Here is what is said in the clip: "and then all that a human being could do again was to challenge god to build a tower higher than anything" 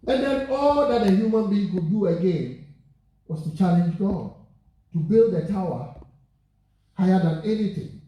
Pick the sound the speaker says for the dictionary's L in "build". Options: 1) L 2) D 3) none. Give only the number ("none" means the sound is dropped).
1